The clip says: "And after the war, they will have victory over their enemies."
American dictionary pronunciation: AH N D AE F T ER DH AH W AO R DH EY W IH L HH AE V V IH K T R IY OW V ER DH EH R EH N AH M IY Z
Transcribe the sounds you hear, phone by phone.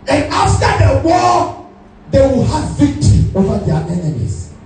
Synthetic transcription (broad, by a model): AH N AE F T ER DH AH W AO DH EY W IH L HH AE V V IH K T R IY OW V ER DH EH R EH N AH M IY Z